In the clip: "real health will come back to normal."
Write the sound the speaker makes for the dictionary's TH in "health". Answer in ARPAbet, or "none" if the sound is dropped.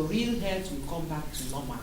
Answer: T